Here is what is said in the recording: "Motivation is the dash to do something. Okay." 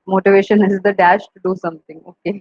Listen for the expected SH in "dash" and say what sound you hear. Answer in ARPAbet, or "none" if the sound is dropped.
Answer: SH